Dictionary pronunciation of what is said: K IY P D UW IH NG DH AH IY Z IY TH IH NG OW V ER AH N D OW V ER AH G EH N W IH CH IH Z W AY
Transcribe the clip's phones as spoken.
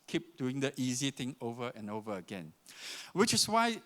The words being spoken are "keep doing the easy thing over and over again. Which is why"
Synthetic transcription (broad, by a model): K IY P D UW IH NG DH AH IY Z IY T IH NG OW V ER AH N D OW V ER AH G EH N W IH CH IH S W AY